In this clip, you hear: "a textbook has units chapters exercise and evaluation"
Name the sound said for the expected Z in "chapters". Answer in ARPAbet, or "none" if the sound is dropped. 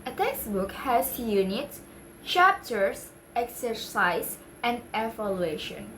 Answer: S